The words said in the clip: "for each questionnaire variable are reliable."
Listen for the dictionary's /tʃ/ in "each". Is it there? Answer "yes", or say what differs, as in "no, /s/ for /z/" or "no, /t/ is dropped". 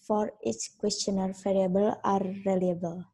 no, /s/ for /tʃ/